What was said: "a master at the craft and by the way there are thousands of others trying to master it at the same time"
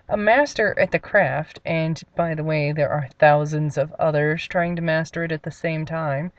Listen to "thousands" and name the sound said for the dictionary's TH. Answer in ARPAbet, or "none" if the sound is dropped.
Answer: TH